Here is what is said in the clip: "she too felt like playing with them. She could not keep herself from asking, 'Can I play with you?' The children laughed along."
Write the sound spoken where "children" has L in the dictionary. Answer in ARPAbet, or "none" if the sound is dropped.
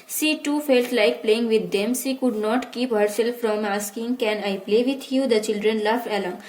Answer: L